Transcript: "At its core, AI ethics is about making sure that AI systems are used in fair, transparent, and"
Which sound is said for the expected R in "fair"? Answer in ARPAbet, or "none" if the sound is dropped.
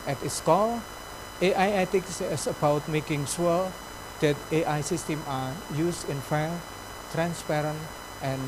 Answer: L